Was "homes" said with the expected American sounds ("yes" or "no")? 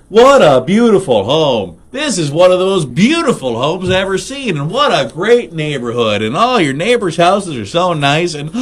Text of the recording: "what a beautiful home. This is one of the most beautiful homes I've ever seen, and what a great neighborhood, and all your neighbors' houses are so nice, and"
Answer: yes